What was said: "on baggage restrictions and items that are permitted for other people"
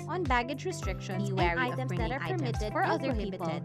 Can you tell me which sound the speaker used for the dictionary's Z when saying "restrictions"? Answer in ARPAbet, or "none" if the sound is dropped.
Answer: none